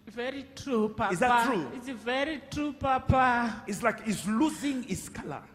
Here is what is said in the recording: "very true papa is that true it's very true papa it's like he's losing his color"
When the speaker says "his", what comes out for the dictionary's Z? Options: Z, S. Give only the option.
S